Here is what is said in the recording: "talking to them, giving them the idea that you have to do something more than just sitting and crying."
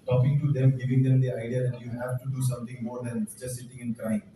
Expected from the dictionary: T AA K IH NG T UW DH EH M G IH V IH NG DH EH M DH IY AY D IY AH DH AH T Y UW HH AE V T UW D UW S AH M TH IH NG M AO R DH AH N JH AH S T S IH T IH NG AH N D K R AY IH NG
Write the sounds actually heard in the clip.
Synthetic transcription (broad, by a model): T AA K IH NG T UW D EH M G IH V IH NG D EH M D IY AY D IY AH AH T Y UW HH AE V T UW D UW S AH M T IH NG M AO R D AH N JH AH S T S IH T IH NG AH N K R AY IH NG